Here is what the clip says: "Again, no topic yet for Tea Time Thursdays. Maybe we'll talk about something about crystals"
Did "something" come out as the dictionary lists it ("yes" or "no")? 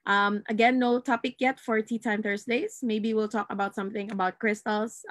yes